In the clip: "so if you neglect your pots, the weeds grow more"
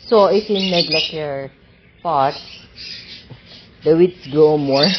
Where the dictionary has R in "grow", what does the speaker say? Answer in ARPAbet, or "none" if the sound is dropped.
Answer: none